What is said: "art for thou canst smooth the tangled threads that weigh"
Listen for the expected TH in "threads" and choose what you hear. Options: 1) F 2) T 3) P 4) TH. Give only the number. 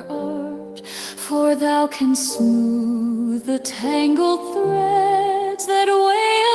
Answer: 4